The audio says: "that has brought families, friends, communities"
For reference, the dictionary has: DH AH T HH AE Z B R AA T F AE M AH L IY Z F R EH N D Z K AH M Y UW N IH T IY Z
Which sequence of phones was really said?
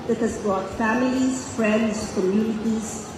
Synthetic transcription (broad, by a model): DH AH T HH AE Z B R AA T F AE M AH L IY Z F R EH N D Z K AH M Y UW N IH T IY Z